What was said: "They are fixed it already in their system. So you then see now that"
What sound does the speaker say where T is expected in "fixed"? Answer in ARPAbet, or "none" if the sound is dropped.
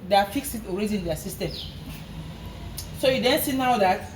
none